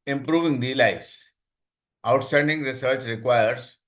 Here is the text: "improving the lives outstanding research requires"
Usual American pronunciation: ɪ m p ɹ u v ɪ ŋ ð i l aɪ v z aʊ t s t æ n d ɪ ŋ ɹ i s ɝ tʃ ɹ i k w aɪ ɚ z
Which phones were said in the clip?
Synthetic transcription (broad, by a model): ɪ m p ɹ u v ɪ ŋ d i l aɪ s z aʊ t s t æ n d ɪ ŋ ɹ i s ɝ s ɹ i k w aɪ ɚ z